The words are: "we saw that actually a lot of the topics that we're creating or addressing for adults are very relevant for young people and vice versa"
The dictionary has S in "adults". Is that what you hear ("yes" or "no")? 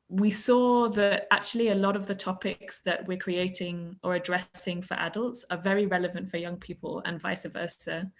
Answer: yes